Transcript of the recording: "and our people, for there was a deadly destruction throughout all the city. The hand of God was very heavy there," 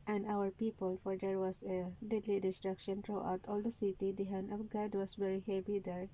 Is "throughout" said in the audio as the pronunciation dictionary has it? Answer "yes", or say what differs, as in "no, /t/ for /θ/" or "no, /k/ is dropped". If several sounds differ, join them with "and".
no, /t/ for /θ/